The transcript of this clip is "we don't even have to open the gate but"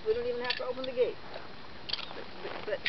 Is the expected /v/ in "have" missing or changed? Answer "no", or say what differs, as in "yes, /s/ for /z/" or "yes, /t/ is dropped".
yes, /f/ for /v/